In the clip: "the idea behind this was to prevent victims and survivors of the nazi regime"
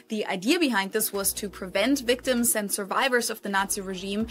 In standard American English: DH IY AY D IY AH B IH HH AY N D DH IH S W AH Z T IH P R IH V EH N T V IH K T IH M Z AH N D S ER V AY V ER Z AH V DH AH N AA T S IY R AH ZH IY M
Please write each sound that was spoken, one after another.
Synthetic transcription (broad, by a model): DH IY AY D IY AH B IH HH AY N D DH IH S W AH Z T IH P R IH V EH N T V IH K T IH M Z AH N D S ER V AY V ER Z AH V DH AH N AA T S IY R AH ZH IY M